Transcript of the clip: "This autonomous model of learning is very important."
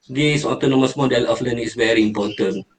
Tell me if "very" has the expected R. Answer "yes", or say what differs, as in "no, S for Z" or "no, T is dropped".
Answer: yes